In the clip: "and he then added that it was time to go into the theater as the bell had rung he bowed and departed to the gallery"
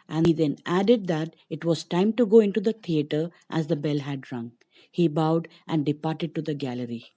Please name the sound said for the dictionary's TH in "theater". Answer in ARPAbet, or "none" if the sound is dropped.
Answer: T